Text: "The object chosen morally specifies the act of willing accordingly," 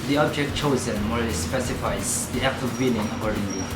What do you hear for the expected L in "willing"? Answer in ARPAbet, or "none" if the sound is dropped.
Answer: N